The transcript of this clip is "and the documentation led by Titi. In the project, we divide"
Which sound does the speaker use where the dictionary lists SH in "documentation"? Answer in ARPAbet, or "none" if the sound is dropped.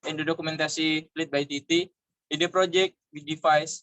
S